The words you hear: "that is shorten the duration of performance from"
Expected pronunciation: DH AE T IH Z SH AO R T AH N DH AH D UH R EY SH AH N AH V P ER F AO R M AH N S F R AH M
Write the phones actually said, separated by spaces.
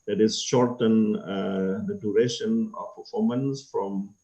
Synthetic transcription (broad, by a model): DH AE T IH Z SH AO R T AH N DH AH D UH R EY SH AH N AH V P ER F AO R M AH N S F R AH M